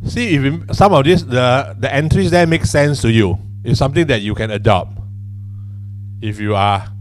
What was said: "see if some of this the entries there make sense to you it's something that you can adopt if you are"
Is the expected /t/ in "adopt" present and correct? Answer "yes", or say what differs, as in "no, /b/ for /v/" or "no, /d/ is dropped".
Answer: no, /t/ is dropped